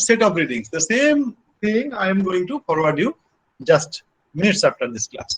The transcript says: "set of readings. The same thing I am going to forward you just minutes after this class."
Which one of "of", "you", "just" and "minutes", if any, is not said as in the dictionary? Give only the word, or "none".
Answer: of